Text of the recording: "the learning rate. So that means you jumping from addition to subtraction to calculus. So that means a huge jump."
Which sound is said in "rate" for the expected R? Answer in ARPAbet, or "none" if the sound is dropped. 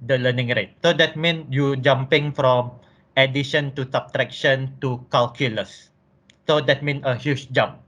R